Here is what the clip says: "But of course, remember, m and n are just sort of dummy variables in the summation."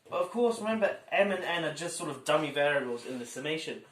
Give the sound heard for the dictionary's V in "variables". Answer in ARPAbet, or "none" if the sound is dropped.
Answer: V